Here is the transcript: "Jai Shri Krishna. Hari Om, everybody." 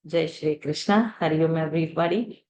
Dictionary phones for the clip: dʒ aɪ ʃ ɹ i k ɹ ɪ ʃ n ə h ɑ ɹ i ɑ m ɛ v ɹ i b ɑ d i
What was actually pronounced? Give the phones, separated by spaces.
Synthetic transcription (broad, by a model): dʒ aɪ ʃ ɹ i k ɹ ɪ ʃ n ə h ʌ ɹ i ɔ m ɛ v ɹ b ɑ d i